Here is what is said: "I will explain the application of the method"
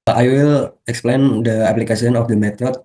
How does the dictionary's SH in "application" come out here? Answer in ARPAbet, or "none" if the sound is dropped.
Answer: S